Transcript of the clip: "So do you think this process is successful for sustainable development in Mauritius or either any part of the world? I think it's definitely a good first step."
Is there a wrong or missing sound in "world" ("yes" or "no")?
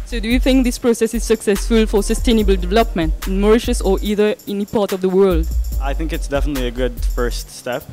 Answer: no